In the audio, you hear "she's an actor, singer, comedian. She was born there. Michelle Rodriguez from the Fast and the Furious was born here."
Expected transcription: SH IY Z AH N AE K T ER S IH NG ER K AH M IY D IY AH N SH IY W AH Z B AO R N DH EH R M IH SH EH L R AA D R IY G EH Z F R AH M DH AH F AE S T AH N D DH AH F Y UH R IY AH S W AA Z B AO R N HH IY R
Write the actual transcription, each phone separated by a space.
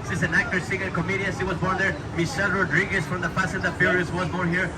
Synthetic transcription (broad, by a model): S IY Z AH N AE K T ER S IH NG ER K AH M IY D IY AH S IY W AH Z B AO R N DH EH R M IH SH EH L R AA D R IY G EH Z F R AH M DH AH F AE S AH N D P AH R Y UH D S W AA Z B AO R N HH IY R